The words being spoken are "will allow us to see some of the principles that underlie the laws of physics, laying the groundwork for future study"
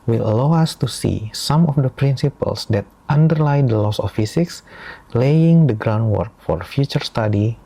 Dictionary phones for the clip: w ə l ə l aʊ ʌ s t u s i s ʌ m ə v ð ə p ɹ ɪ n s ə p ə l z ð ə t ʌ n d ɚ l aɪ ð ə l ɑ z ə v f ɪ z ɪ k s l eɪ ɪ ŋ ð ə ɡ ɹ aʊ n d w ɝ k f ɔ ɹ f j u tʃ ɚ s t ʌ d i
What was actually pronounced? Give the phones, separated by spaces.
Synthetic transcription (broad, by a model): w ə l ə l aʊ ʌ s t u s i s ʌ m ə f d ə p ɹ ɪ n s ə p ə l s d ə t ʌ n d ɚ l aɪ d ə l ɑ s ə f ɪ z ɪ k s l eɪ ɪ ŋ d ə ɡ ɹ aʊ n d w ɝ k f ɔ ɹ f j u tʃ ɚ s t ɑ d i